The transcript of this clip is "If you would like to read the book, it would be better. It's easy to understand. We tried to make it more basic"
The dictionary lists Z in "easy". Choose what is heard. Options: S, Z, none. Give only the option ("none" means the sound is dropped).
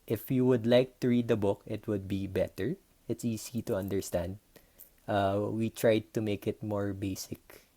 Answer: S